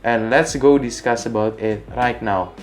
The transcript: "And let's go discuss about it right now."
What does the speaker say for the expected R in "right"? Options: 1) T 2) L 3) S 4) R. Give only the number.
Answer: 4